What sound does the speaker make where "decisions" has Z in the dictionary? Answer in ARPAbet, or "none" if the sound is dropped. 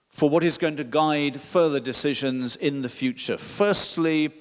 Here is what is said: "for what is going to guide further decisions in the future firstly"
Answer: Z